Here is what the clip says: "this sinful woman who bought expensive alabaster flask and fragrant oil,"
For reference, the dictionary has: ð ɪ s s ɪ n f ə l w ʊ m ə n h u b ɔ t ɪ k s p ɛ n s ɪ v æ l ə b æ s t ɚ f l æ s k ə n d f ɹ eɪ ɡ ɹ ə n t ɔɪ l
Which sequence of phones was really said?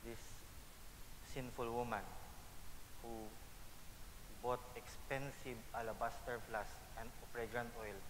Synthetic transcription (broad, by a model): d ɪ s s ɪ n f ə l w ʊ m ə n h u b ɔ t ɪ k s p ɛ n s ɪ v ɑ l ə b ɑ s t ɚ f l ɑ s ə n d p ɹ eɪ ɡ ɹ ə n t ɔɪ l